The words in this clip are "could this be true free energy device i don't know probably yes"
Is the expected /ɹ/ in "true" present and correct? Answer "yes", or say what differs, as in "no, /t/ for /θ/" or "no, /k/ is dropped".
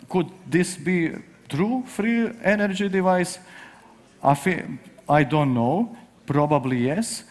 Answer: yes